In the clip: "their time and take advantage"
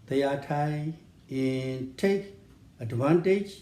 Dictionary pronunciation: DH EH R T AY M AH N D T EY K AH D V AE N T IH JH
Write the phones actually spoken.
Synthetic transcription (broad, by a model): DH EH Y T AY AH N T EY K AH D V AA N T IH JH